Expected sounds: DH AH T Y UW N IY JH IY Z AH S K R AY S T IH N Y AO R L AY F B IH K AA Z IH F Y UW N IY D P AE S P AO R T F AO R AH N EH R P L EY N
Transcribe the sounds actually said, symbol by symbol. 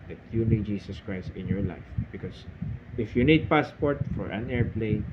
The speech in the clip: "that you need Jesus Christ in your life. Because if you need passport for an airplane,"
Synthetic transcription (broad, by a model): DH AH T Y UW N IY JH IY S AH S K R AY S T IH N Y AO R L AY F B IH K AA S IH F Y UW N IY D P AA S P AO R T F AO R AH N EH R P L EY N